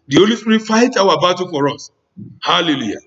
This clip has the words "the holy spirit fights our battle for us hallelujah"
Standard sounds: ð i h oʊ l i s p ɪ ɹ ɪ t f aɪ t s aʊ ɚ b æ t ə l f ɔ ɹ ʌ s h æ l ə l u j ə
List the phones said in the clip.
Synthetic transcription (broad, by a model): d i h oʊ l i s p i ɹ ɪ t f aɪ t aʊ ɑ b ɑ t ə f ɔ ɹ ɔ s h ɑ l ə l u j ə